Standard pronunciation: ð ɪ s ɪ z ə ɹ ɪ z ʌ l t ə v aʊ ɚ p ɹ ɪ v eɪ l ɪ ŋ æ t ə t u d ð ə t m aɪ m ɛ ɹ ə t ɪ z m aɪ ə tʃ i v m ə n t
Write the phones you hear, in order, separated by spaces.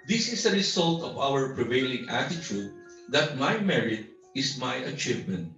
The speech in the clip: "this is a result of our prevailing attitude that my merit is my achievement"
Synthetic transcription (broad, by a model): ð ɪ s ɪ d ə ɹ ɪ s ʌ l t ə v aʊ ɚ p ɹ ɪ v eɪ l ɪ ŋ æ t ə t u d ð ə t m aɪ m ɛ ɹ ə t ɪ s m aɪ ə tʃ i v m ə n t